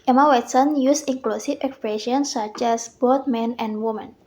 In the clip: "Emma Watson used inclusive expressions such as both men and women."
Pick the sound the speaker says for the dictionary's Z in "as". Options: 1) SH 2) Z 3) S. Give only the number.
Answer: 3